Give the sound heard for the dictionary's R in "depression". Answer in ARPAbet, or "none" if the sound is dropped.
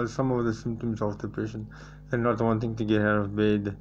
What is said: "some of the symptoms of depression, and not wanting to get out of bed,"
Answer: none